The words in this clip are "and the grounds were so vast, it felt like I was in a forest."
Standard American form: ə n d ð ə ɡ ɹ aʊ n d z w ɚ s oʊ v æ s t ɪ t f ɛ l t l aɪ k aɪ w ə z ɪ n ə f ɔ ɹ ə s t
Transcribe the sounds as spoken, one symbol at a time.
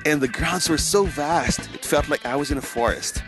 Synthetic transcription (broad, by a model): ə n ð ə ɡ ɹ aʊ n d z w ɚ s oʊ v æ s t ɪ t f ɛ l t l aɪ k aɪ w ə z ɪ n ə f ɔ ɹ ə s t